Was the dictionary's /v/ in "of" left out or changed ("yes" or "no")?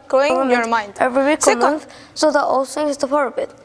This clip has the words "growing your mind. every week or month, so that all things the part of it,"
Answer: yes